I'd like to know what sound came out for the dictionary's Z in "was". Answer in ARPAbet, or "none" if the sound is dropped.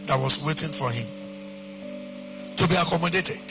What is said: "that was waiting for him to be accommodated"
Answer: S